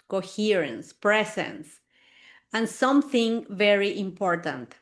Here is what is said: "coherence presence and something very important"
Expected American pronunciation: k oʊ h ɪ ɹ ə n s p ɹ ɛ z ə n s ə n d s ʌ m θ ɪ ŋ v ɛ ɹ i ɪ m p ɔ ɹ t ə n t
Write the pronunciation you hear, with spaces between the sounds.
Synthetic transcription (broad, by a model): k oʊ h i ɹ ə n s p ɹ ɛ s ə n s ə n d s ʌ m θ ɪ ŋ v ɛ ɹ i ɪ m p ɔ ɹ t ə n t